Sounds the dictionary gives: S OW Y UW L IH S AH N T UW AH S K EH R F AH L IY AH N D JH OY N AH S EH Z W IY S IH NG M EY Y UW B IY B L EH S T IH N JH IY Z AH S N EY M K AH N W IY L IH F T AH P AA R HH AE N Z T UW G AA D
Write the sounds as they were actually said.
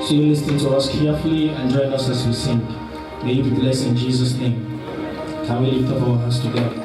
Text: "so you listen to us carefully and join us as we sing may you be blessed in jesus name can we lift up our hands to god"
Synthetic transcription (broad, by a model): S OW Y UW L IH S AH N T UW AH S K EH F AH L IY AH N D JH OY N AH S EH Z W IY S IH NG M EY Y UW B IY B L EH S IH N JH IY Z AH S N EY M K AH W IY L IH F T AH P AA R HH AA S T UW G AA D